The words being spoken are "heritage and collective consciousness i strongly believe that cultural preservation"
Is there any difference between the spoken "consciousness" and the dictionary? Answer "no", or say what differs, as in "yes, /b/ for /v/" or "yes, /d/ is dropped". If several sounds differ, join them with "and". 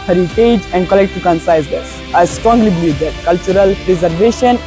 yes, /s/ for /ʃ/